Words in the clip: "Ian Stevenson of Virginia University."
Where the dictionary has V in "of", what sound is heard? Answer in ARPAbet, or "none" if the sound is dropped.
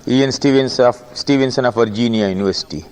F